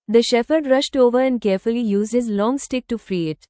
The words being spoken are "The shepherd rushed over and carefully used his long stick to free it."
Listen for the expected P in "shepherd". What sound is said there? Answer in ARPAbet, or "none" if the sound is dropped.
F